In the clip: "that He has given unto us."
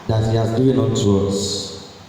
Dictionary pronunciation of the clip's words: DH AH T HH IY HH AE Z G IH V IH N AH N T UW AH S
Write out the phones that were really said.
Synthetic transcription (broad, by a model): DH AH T HH IY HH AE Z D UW IH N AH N T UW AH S